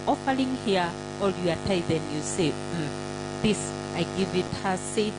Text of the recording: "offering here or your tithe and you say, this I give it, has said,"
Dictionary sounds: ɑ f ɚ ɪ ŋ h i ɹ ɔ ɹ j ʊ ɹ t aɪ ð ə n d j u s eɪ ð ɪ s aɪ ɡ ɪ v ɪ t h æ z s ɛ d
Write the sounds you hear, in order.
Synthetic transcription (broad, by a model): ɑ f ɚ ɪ ŋ h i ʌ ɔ l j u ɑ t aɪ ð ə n j u s eɪ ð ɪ s aɪ ɡ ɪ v ɪ t h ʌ s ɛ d